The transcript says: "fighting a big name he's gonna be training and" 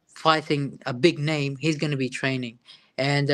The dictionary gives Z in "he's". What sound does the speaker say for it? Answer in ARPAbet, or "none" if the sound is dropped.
Z